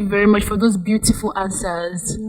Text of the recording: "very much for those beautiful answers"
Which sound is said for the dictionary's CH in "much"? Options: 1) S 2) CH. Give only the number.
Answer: 2